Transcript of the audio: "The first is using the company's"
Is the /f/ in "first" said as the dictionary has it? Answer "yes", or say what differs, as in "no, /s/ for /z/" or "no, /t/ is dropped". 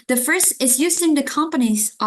yes